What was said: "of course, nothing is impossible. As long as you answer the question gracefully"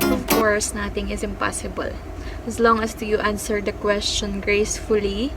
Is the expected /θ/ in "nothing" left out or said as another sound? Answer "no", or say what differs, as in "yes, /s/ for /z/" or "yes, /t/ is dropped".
yes, /t/ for /θ/